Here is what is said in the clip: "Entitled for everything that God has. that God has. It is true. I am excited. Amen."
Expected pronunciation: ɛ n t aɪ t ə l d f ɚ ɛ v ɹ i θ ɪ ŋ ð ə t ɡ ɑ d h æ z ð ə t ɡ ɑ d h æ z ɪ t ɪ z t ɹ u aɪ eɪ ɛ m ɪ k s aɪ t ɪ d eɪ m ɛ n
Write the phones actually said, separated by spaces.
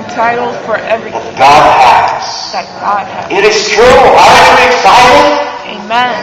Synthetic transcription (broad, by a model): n t aɪ t l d f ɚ ɛ v ɹ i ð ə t ɡ ɑ d h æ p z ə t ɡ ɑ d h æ ɪ t ɪ z t ɹ u aɪ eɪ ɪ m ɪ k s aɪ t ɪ eɪ m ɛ n